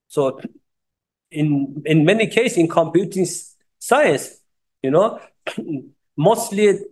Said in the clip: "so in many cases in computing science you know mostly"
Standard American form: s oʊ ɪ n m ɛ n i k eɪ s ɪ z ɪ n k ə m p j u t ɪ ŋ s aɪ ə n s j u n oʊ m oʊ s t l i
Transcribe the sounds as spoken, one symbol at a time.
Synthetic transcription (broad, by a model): s oʊ ɪ n m ɛ n i k eɪ ɪ s ɪ n k ə m p j u t ɪ ŋ s aɪ ə n s j u n oʊ m oʊ s t l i